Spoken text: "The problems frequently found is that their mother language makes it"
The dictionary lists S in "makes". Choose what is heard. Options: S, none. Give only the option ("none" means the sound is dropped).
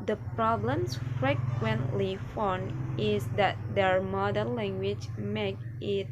none